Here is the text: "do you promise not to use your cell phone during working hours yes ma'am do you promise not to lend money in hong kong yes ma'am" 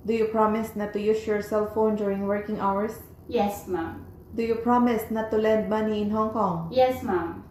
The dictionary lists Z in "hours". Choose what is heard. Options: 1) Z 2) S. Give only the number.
2